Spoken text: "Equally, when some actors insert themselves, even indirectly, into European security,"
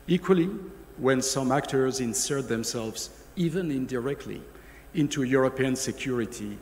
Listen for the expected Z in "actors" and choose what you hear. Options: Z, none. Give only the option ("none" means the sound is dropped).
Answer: Z